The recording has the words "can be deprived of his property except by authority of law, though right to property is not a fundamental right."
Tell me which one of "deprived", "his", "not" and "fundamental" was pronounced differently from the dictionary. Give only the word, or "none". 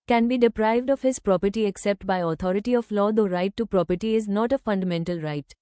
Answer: none